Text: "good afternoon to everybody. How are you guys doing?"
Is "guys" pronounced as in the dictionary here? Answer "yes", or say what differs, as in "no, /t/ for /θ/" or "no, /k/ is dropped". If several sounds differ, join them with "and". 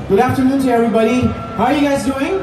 yes